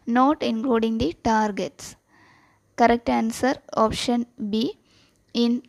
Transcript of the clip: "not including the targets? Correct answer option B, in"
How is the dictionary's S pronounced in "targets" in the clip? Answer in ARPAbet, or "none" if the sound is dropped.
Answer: S